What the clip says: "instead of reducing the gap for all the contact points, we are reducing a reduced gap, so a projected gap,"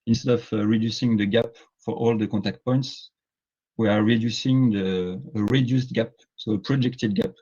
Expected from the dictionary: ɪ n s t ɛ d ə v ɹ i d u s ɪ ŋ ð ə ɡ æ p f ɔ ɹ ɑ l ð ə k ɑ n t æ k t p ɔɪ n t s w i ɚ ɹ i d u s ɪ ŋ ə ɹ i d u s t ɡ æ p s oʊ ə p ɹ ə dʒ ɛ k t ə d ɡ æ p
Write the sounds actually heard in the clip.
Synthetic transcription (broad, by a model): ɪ n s t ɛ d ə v ɹ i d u s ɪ ŋ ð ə ɡ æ p f ɔ ɹ ɑ l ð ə k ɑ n t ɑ k t p ɔɪ n t s w i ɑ ɹ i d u s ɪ ŋ ə ɹ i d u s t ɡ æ p s oʊ ə p ɹ ə dʒ ɛ k t ə d ɡ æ p